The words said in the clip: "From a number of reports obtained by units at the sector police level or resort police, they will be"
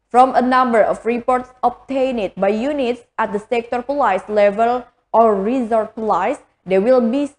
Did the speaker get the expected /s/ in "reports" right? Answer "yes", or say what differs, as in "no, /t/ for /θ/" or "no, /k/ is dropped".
yes